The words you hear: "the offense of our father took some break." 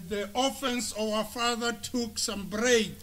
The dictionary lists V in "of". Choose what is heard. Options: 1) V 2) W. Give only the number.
2